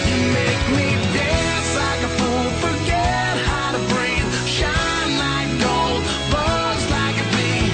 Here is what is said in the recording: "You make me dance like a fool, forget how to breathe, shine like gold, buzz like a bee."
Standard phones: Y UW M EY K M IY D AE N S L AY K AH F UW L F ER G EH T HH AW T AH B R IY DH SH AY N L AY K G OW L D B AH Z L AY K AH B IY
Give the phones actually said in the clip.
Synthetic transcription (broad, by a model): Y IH M EY K M IY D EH S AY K AH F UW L F ER G EH T HH AW T AH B R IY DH SH AY N L AY K G OW L D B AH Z L AY K AH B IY